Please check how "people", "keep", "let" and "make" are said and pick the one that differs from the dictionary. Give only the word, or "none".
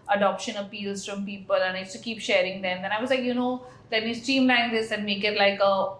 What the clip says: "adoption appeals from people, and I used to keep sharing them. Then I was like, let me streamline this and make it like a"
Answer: let